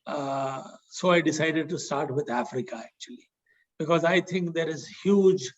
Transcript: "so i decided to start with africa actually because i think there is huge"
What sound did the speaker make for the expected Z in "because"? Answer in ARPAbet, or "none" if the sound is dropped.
Z